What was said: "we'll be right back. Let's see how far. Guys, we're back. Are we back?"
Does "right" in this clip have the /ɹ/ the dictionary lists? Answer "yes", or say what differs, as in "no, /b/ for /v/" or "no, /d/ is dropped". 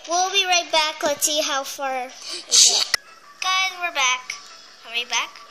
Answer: yes